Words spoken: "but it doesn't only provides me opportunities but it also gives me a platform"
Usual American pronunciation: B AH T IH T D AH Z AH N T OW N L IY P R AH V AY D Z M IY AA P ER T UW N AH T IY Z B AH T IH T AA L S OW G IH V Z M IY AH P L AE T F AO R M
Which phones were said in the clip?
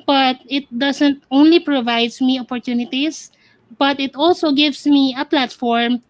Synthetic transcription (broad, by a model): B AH T IH T D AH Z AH N T OW N L IY P R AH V AY D S M IY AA P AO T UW N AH T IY S B AH T IH T AA L S OW G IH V S M IY AH P L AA T F AO R M